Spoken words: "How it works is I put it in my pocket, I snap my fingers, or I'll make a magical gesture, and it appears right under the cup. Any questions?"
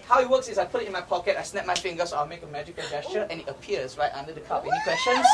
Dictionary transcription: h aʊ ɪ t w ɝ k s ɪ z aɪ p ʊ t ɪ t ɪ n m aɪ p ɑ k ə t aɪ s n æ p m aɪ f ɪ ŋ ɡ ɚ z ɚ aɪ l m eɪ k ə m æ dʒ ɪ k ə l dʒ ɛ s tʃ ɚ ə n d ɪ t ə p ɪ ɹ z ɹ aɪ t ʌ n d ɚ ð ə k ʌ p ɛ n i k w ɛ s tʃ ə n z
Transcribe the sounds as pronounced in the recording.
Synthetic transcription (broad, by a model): h aʊ ɪ t w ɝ k s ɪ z aɪ p ʊ t ɪ t ɪ n m aɪ p ɑ k ə t aɪ s n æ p m aɪ f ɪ ŋ ɡ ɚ s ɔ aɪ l m eɪ k ə m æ dʒ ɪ k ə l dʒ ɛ s tʃ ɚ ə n ɪ t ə p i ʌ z ɹ aɪ t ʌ n d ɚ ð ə k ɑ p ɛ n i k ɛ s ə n